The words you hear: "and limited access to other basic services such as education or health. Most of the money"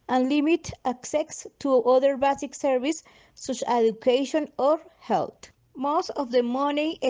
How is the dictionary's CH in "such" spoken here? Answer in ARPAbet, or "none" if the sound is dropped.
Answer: none